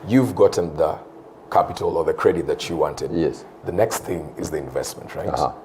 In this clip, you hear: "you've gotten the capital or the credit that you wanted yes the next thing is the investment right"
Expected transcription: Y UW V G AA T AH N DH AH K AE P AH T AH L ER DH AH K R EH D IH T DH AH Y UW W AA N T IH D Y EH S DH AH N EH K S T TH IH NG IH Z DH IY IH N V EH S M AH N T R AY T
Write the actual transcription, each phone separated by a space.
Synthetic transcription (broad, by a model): Y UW V G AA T N DH AH K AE P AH T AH L ER DH AH K R EH D IH T DH AH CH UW W AA N T IH D Y EH S DH AH N EH K S T TH IH NG IH Z DH IY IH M V EH S M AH N T R AY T